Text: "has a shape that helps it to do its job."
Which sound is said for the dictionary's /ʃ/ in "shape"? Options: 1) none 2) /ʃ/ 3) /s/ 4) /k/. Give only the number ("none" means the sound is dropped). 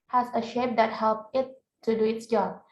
2